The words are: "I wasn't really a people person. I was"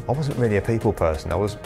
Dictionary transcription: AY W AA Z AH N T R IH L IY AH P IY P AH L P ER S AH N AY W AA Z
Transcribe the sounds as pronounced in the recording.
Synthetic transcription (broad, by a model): AY W AA Z AH N T R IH L IY AH P IY P AH L P ER S AH N AY W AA Z